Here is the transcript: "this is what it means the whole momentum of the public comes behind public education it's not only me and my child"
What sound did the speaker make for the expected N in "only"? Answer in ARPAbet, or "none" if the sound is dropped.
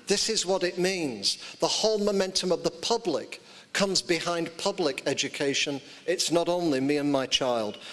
N